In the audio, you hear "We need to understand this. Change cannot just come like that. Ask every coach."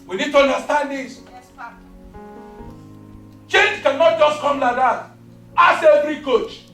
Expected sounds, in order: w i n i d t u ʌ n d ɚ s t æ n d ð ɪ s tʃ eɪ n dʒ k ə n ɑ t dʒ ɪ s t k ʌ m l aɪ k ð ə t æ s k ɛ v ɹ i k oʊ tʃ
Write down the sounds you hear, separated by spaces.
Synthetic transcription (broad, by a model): w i n i d t u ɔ n d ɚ s t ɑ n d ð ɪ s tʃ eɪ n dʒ k ə n ɑ t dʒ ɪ s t k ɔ m l aɪ k ð ə t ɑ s ɛ v ɹ i k oʊ tʃ